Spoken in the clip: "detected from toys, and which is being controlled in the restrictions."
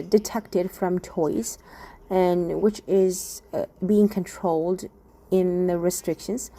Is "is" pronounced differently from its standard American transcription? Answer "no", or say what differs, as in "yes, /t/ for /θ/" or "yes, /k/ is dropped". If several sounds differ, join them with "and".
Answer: no